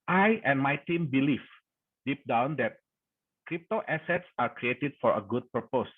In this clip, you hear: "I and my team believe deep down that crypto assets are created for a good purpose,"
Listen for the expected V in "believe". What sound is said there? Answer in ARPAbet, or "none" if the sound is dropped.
F